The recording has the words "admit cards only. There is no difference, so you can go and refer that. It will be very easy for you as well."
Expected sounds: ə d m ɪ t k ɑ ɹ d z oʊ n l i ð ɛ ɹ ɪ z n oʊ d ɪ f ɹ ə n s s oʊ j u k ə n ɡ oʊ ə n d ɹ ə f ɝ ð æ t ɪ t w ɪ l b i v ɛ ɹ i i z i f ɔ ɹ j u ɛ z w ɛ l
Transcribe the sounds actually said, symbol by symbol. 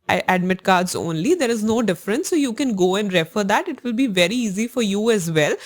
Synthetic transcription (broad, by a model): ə d m ɪ t k ɑ ɹ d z oʊ n l i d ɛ ɹ ɪ z n oʊ d ɪ f ɹ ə n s s oʊ j u k ə n ɡ oʊ ə n d ɹ ə f ɝ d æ t ɪ t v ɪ l b i v ɛ ɹ i i z i f ɔ ɹ j u ɛ z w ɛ l